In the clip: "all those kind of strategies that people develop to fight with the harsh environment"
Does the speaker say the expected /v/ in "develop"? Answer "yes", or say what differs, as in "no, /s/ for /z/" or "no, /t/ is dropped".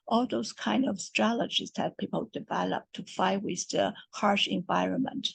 yes